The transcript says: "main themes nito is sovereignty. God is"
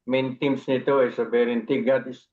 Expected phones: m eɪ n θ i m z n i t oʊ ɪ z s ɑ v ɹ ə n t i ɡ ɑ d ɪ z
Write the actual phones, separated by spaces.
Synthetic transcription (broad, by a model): m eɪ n t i m s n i t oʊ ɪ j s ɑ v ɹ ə n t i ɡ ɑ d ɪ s